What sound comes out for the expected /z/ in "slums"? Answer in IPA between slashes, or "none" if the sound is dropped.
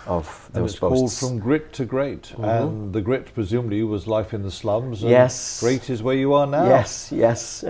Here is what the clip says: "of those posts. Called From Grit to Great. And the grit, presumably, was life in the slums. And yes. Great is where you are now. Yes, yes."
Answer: /z/